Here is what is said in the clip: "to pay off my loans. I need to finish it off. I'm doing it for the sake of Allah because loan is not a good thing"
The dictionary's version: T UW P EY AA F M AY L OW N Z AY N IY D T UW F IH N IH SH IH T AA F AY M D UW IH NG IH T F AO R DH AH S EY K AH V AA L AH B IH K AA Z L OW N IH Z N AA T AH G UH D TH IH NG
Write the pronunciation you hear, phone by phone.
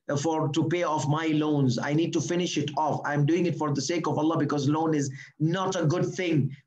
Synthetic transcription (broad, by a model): T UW P EY AA F M AY L OW N Z AY N IY D T UW F IH N IH SH IH T AA F AY M D UW IH NG IH T F AO R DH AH S EY K AH V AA L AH B IH K AA Z L OW N IH Z N AA T AH G UH D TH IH NG